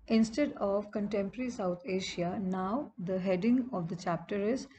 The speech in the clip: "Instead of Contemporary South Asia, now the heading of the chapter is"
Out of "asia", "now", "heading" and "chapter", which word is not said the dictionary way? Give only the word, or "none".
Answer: asia